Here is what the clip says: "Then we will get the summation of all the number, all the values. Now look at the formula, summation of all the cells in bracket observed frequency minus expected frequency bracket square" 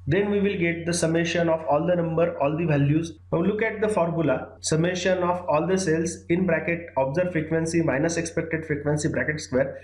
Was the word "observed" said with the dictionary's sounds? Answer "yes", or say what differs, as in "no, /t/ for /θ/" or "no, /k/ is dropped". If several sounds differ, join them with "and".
no, /v/ is dropped